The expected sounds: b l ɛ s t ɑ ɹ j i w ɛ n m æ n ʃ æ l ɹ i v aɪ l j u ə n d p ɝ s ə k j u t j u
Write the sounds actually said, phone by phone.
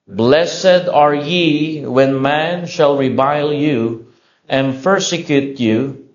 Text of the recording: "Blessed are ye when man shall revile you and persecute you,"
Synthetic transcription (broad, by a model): b l ɛ s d ɑ ɹ j i w ɛ n m æ n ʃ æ l ɹ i b aɪ l j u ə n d p ɝ s ə k j u t j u